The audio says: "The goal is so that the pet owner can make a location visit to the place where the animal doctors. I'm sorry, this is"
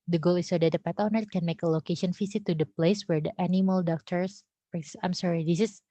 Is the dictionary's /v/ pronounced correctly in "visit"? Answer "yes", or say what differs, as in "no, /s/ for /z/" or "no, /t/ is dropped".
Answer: no, /f/ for /v/